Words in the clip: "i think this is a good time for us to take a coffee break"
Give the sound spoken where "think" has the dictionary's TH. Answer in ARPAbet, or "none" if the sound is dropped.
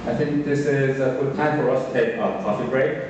TH